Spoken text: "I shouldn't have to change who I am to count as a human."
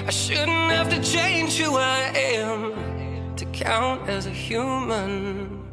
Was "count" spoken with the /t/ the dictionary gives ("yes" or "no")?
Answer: yes